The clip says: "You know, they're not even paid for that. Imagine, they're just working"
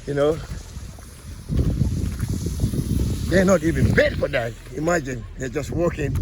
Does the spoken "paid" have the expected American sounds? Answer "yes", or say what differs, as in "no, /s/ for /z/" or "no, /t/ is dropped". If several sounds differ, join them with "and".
no, /b/ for /p/